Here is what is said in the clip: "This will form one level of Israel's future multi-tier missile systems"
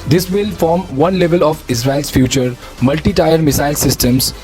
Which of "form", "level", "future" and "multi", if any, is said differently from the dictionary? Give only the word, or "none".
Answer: none